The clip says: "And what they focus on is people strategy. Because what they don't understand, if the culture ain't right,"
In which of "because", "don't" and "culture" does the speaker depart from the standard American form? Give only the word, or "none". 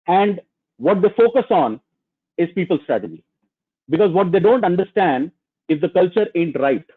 none